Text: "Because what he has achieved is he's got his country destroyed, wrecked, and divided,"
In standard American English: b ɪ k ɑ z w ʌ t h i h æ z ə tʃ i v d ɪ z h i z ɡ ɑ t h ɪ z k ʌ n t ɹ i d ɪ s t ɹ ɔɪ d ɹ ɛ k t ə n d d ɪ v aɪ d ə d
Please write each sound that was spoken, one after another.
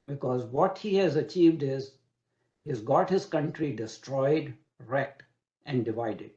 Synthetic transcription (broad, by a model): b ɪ k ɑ z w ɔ t h i h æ z ə tʃ i v d ɪ z h i z ɡ ɑ t h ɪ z k ʌ n t ɹ i d ɪ s t ɹ ɔɪ d ɹ ɛ k t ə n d d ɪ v aɪ d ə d